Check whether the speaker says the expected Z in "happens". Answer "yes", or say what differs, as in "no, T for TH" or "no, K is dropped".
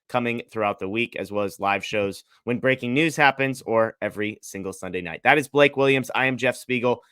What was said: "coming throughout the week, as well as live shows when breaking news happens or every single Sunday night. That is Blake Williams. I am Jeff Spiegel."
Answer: yes